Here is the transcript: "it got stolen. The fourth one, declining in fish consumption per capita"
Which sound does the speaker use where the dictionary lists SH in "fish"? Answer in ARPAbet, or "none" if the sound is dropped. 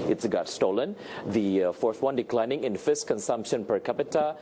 S